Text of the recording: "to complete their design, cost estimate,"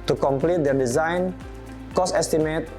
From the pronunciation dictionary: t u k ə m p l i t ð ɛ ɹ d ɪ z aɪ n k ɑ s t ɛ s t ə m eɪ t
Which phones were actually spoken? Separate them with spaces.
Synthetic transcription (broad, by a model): t u k ə m p l i t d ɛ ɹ d ɪ z aɪ n k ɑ s ɛ s t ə m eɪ t